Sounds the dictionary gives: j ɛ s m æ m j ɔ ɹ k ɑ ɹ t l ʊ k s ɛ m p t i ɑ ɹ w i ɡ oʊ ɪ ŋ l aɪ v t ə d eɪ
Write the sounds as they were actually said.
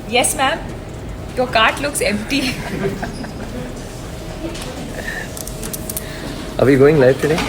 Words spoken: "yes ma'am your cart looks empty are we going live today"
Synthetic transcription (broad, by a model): j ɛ s m æ m j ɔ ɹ k ɑ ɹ t l ʊ k s ɛ m p t i ɑ ɹ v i ɡ oʊ ɪ ŋ l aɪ f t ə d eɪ